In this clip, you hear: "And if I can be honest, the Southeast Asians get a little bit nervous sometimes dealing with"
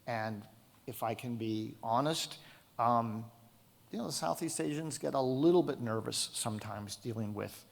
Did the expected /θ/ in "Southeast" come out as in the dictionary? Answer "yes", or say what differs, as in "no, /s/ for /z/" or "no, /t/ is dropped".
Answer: yes